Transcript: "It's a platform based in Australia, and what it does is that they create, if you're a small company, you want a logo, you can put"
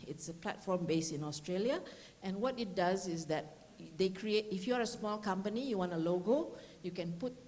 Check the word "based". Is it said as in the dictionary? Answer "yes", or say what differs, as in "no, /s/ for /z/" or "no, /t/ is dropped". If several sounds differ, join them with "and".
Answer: no, /t/ is dropped